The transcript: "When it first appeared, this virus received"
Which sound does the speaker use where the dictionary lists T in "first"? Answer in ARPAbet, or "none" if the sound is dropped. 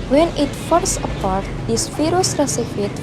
none